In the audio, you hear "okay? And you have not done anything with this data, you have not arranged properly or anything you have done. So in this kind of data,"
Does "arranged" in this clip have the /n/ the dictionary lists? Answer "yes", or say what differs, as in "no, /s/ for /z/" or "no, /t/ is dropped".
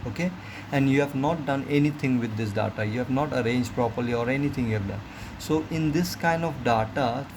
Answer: yes